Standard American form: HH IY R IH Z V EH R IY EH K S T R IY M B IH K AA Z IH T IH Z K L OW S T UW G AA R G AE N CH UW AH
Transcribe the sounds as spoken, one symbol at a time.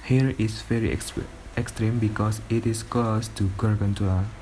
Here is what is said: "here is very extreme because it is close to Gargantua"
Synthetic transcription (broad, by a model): HH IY R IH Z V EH R IY EH K S T R IY M B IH K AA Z IH T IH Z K OW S T UW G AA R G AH N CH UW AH